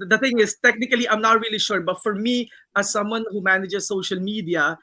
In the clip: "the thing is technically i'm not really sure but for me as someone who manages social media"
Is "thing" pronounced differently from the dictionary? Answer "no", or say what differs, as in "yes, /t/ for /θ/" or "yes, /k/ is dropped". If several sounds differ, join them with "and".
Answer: yes, /t/ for /θ/